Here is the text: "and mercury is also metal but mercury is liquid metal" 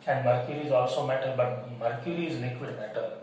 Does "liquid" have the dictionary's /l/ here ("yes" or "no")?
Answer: no